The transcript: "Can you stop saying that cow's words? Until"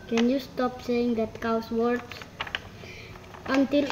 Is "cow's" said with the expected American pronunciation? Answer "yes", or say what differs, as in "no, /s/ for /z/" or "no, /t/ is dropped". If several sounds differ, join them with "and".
no, /s/ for /z/